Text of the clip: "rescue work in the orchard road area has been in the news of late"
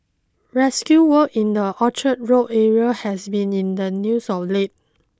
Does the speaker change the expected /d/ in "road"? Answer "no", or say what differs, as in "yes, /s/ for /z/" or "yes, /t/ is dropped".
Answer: yes, /d/ is dropped